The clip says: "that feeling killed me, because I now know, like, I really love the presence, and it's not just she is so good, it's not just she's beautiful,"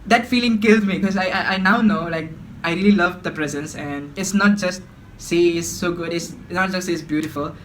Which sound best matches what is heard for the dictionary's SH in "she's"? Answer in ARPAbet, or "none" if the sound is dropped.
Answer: S